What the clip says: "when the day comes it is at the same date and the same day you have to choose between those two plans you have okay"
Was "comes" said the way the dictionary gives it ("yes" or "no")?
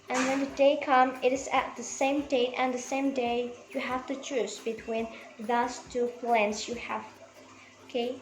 no